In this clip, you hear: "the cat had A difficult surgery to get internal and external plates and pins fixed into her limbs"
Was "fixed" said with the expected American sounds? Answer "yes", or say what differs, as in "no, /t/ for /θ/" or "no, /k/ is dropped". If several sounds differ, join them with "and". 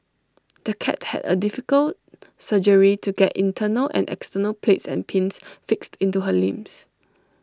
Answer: yes